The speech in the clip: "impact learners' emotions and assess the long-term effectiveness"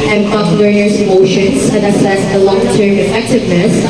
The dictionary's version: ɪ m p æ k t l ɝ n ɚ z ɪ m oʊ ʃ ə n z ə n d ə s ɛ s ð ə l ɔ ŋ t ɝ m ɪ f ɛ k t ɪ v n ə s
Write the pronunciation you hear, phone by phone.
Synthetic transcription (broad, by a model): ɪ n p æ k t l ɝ ɚ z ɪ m oʊ ʃ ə n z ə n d ə s ɛ s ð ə l ɔ ŋ t ɝ m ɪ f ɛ k t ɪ v n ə s